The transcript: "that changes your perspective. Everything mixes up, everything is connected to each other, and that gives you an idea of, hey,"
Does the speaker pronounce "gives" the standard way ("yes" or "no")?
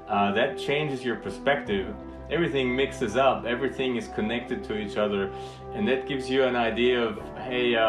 yes